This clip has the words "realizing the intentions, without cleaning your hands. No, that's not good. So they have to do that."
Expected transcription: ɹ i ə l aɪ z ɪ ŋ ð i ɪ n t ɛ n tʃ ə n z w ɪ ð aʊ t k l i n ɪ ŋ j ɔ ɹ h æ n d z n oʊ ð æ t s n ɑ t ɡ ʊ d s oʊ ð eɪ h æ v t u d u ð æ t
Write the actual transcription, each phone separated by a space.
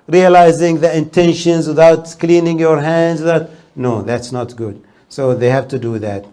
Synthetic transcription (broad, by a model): ɹ i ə l aɪ z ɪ ŋ ð i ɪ n t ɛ n ʃ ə n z w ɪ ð aʊ t k l i n ɪ ŋ j ɔ ɹ h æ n d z n oʊ ð æ t s n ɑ t ɡ ʊ d s oʊ ð eɪ h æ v t u d u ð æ t